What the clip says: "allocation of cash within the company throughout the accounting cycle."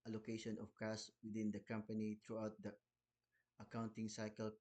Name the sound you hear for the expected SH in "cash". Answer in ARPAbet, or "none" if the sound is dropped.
S